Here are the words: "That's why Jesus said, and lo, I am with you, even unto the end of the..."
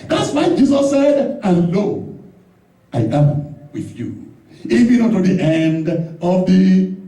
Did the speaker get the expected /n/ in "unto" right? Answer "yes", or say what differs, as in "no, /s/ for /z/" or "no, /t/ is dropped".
no, /n/ is dropped